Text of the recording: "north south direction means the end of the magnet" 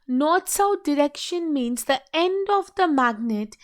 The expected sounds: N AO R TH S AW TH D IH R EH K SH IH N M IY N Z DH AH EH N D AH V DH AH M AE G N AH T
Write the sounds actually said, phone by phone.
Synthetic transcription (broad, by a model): N AO R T S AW T D IH R EH K SH IH N M IY N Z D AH EH N D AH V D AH M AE G N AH T